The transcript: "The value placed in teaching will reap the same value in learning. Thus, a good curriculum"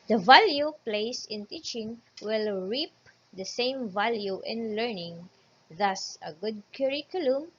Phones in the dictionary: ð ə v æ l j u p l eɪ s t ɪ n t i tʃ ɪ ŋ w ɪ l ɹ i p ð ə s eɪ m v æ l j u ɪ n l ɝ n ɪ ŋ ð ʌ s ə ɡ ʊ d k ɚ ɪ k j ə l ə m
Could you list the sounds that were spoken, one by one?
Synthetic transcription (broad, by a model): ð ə v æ l j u p l eɪ s ɪ n t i tʃ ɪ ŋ w ɪ l ɹ i p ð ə s eɪ m v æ l j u ɪ n l ɝ n ɪ ŋ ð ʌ s ə ɡ ʊ d k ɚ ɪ k j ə l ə m